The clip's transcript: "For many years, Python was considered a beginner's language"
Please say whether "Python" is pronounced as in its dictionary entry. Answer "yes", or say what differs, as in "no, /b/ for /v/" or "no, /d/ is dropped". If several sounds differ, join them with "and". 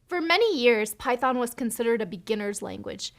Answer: yes